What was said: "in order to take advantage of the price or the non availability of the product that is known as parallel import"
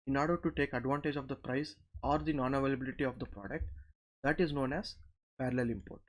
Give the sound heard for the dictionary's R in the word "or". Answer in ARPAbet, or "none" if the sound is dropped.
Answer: R